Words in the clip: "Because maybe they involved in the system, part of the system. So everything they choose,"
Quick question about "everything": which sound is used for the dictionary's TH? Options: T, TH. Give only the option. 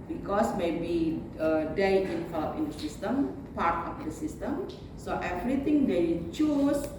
T